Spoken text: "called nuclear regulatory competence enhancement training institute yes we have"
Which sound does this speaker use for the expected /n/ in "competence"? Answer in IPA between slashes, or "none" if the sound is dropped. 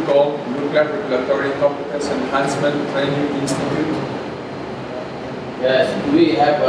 none